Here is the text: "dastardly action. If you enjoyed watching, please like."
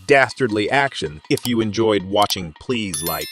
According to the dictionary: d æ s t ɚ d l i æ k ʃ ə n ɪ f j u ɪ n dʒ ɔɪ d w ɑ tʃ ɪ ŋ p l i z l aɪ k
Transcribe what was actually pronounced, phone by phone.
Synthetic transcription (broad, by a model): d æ s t ɚ d l i æ k ʃ ə n ɪ f j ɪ ɪ n dʒ ɔɪ d w ɑ tʃ ɪ ŋ p l i z l aɪ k